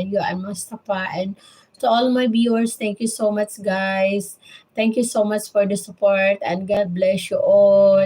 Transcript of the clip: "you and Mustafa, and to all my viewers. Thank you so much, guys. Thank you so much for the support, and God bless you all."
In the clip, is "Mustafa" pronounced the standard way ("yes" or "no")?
no